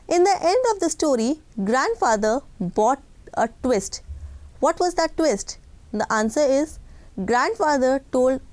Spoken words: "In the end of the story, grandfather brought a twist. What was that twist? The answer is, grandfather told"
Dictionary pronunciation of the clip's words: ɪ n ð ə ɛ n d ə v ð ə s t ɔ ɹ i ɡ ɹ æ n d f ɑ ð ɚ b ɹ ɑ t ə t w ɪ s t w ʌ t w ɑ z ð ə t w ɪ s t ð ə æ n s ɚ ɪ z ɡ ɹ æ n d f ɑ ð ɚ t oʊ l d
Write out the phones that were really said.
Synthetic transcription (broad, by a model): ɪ n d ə ɛ n d ə v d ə s t ɔ ɹ i ɡ ɹ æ n d f ɑ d ɚ b ɑ t ə t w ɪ s t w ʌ t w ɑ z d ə t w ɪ s t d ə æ n s ɚ ɪ z ɡ ɹ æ n d f ɑ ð ɚ t oʊ l d